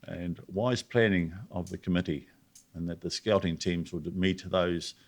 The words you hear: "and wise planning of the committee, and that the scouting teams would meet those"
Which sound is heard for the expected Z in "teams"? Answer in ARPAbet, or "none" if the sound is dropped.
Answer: Z